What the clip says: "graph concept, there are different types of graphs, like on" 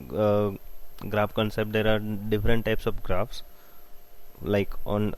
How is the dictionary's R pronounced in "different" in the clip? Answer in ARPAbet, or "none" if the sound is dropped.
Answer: R